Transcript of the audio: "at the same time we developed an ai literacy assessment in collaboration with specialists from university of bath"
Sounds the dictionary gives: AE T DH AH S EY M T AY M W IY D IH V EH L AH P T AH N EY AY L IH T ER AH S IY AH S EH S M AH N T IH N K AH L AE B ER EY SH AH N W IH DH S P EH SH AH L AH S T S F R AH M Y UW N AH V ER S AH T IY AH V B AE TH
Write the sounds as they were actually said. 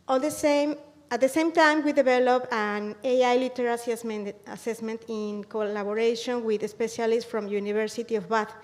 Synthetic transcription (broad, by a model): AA T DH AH S EY M T AY M W IY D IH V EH L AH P AH N EY AY L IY T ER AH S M AH S EH S M AH N T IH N K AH L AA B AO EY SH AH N W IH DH S P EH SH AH L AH S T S F R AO M Y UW N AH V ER S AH T IY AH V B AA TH